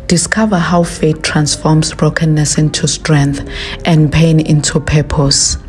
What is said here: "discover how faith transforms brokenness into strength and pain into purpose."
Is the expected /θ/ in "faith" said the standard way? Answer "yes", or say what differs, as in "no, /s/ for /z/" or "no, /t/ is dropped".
no, /t/ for /θ/